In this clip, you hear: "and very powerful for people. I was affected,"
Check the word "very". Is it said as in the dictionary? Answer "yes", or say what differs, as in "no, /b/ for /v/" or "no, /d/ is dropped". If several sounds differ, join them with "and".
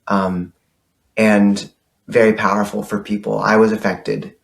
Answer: yes